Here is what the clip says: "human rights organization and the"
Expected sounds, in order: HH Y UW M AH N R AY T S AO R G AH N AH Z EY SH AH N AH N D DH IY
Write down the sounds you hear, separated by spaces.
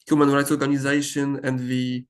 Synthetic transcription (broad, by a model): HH Y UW M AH N R AY T S AO R G AH N AH Z EY SH AH N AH N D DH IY